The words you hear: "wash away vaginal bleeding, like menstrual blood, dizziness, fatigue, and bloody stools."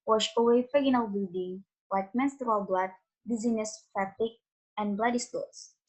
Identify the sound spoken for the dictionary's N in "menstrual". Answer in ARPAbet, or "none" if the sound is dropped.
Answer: N